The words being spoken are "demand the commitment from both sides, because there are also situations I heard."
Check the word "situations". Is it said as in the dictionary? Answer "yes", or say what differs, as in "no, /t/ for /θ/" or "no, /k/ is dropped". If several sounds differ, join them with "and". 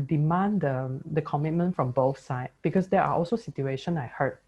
no, /z/ is dropped